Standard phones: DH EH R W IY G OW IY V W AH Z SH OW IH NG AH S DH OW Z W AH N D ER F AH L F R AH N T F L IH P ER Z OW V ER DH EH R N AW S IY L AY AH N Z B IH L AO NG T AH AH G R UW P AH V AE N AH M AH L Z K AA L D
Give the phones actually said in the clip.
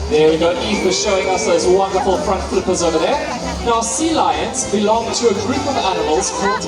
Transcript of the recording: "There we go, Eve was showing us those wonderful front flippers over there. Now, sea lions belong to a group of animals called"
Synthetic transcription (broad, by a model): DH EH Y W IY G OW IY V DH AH SH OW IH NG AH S DH OW Z W AH N D ER F AH L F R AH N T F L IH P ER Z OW V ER DH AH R N AW S IY L AY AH N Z B IH L AO NG T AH AH G R UW P AH V AE N AH M AH L Z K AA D